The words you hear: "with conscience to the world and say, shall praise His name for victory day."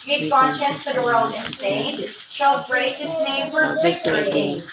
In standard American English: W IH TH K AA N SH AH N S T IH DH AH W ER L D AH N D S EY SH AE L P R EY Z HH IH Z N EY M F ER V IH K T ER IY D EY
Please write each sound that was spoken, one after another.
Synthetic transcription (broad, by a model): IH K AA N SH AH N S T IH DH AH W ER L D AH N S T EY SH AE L B R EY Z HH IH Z N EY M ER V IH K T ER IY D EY